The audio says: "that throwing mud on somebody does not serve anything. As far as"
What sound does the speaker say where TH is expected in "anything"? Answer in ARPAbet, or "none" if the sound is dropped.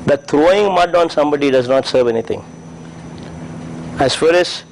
T